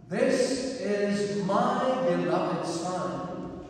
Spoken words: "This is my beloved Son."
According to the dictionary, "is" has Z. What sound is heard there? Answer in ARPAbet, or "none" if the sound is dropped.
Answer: Z